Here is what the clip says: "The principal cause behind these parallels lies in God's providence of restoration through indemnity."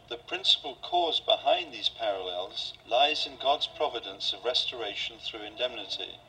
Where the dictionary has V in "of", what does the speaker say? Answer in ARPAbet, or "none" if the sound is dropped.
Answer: V